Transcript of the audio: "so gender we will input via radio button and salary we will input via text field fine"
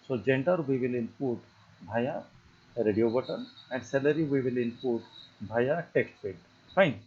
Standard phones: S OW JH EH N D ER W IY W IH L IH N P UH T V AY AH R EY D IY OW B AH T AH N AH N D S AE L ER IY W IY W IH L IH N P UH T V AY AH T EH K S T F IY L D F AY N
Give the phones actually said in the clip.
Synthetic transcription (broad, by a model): S OW JH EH N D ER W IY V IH L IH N P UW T B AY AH R EY D IY OW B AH T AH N AH N D S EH L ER IY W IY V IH L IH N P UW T B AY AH T EH K S T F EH D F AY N